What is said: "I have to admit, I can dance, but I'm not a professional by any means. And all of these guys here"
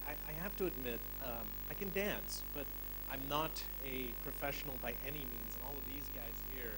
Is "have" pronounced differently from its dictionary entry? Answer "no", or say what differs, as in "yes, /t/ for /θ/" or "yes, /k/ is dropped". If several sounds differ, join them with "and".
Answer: yes, /f/ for /v/